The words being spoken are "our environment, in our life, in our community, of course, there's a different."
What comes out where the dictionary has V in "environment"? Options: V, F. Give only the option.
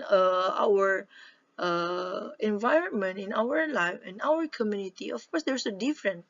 V